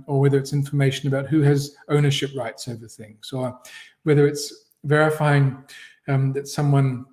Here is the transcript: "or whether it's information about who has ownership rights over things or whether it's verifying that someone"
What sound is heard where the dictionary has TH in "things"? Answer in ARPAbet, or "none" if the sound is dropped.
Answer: TH